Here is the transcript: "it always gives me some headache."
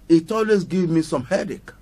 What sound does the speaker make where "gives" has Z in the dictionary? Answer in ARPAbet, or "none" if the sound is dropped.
none